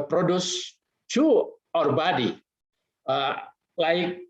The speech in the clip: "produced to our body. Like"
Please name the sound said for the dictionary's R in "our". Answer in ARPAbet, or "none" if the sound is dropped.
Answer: R